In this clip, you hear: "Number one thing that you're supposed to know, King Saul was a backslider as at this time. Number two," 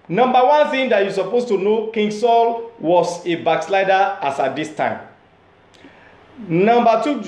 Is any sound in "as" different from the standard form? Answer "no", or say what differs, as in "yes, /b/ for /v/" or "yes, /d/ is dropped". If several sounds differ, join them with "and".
yes, /s/ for /z/